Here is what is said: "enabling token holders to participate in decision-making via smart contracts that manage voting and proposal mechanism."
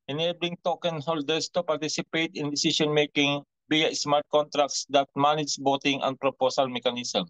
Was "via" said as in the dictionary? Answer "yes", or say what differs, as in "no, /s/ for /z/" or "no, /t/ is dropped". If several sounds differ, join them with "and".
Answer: no, /b/ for /v/